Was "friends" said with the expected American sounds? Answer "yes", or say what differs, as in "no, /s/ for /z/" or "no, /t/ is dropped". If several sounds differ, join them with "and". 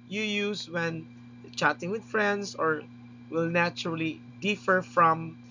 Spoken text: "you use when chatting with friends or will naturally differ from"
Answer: no, /s/ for /z/